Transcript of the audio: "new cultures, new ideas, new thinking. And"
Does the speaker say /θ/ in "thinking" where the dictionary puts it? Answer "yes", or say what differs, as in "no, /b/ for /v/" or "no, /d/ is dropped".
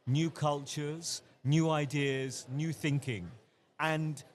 yes